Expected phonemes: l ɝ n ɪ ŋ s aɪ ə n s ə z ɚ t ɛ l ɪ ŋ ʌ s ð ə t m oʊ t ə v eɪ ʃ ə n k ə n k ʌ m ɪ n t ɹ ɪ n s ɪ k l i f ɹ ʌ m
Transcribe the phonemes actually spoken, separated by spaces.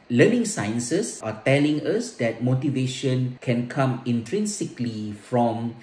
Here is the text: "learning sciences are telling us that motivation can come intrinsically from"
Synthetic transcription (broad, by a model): l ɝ n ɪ ŋ s aɪ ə n s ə s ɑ t ɛ l ɪ ŋ ʌ s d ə t m oʊ t ə v eɪ ʃ ə n k ə n k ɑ m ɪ n t ɹ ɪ n s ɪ k l i f ɹ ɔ m